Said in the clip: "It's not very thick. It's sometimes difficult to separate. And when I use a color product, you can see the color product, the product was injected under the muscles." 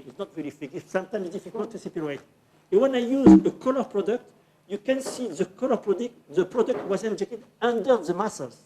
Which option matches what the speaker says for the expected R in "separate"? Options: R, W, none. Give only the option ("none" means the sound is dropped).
none